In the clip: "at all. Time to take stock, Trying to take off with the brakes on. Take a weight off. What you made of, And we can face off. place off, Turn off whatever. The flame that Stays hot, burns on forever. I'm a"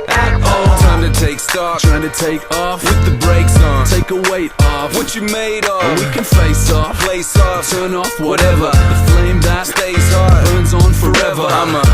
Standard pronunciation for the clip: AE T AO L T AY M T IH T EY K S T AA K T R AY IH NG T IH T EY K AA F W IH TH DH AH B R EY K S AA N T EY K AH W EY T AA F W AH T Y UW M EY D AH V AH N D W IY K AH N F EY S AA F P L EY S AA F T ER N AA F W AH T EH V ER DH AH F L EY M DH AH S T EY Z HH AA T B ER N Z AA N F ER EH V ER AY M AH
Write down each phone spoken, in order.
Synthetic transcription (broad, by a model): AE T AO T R AY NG T IH T EY K S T AA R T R AY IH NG T IH T EY K AA F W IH DH AH B R EY K S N T EY K AH W EY T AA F W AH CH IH M EY AH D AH W IY K AH N F EY S AA F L EY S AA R T ER N AA F W AH T EH V ER DH AH F L EY M DH AH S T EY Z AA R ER N Z N F ER EH V ER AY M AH